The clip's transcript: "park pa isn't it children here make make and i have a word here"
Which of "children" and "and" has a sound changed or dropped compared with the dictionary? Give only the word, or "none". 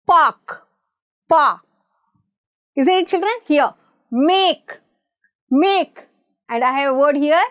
none